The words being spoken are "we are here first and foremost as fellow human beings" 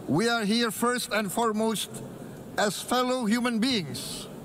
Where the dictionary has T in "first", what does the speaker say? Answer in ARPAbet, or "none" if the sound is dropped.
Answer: T